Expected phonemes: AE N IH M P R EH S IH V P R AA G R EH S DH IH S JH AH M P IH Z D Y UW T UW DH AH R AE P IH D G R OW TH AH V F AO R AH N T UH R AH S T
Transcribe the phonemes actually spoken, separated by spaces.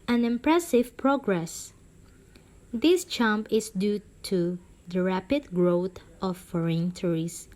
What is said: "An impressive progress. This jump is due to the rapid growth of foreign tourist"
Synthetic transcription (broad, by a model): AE N IH M P R EH S IH V P R AA G R EH S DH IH S CH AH M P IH S D Y UW T UW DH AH R AE P IH D G R OW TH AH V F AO R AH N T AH R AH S